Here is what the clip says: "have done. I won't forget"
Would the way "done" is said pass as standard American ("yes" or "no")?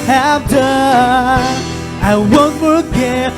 no